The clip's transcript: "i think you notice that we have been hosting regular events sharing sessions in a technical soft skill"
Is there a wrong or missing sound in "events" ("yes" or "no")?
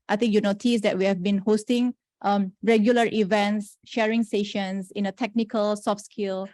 no